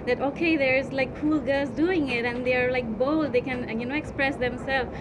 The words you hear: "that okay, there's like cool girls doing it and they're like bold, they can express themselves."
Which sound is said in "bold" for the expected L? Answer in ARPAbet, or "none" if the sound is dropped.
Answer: none